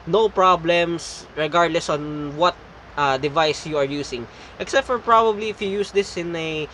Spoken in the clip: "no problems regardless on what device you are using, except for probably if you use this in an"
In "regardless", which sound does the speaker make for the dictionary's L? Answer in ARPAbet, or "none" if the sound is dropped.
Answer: L